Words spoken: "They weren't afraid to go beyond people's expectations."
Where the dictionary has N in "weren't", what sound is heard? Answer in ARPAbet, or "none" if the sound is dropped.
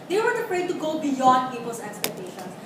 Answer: none